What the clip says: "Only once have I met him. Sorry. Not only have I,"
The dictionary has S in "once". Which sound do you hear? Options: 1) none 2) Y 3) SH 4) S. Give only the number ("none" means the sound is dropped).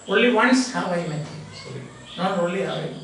4